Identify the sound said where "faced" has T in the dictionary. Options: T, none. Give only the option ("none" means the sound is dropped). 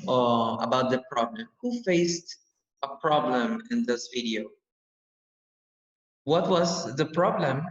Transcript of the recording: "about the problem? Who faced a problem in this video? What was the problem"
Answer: T